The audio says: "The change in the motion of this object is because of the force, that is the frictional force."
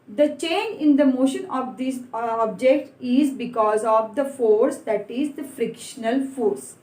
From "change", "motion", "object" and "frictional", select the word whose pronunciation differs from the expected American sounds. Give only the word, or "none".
none